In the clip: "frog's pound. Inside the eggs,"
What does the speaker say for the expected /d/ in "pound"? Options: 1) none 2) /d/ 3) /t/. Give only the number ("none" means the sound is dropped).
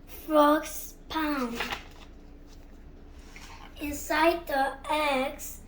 1